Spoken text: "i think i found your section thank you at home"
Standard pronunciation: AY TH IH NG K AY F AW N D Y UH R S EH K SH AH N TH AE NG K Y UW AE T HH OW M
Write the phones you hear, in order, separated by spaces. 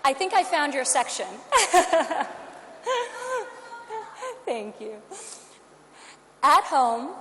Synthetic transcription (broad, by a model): AY TH IH NG K AY F AW N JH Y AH R S EH K SH AH N TH AE NG K Y UW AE T HH OW M